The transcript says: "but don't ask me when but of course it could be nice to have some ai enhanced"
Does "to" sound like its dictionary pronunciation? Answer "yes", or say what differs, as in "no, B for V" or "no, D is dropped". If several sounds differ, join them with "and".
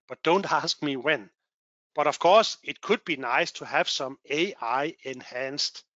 yes